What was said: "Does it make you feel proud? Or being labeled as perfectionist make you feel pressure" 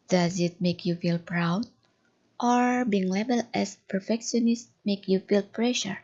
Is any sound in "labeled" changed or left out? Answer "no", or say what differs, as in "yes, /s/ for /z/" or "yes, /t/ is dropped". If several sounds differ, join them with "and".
yes, /d/ is dropped